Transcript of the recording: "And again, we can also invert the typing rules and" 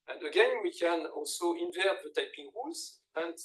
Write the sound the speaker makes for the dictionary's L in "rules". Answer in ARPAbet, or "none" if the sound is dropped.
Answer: none